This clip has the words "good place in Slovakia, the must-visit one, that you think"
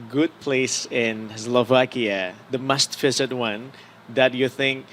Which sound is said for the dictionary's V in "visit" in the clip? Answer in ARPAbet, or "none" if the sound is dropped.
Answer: F